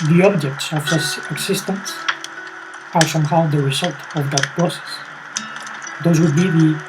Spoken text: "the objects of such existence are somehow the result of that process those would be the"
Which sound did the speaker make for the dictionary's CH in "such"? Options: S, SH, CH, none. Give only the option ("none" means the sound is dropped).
S